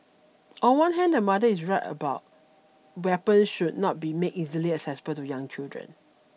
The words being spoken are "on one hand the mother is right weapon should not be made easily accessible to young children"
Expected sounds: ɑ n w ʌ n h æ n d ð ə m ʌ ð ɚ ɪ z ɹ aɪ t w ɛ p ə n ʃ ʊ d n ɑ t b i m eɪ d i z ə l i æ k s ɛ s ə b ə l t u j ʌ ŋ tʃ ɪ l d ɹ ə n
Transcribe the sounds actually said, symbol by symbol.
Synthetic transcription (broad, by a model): ɑ n w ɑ n h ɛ n d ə m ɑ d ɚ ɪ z ɹ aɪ t w ɛ p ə n ʃ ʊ d n ɑ t b i m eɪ i z ə l i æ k s ɛ s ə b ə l t u j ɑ ŋ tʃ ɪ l d ɹ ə n